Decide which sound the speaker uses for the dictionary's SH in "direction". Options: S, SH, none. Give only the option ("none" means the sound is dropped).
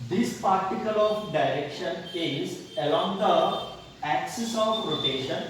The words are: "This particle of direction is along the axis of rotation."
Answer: SH